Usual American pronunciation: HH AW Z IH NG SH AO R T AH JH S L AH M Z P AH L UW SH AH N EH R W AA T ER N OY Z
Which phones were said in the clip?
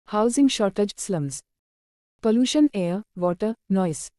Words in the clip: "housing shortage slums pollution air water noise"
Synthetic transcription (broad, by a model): HH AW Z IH NG SH AO R T AH JH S L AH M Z P AH L UW SH AH N EH R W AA T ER N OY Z